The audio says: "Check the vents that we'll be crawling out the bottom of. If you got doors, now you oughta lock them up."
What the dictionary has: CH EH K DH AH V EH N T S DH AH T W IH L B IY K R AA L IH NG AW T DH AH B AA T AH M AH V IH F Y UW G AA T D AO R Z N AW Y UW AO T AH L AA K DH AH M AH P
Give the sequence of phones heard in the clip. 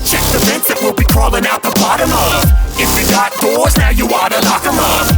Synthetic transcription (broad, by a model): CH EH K DH AH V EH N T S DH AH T W IH L B IY K R AA L IH NG AW T DH AH B AA T AH M AH V IH F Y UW G AA T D AO R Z N AW Y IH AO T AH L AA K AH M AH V